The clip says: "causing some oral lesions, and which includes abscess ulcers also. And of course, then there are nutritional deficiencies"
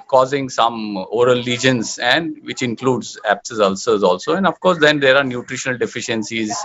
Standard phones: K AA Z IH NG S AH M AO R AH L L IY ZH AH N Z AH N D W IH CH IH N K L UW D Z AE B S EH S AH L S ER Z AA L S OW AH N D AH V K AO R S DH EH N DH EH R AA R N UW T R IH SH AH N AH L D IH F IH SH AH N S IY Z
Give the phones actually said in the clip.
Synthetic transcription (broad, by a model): K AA Z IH NG S AH M AO R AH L L IY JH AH N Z AH N D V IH CH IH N K L UW D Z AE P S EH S AH L S ER Z AA L S OW AH N D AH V K AO R S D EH N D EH R AA R N UW T R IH SH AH N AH L D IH F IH SH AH N S IY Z